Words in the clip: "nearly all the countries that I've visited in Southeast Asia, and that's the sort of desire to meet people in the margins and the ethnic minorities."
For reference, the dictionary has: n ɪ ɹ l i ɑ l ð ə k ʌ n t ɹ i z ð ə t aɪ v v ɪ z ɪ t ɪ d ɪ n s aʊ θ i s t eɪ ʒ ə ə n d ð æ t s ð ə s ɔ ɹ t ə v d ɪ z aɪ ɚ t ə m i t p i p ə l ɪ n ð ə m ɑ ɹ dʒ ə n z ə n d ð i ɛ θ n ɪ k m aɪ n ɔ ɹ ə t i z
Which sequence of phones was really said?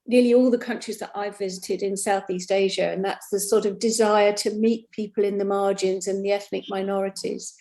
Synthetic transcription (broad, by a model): n ɪ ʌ l i ɑ l ð ə k ʌ n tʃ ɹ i z ð ə t aɪ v v ɪ z ɪ t ɪ d ɪ n s aʊ θ i s t eɪ ʒ ə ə n ð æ t s ð ə s ɔ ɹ t ə v d ɪ z aɪ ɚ t ə m i t p i p ə l ɪ n ð ə m ɑ ɹ dʒ ə n z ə n ð i ɛ θ n ɪ k m aɪ n ɔ ɹ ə t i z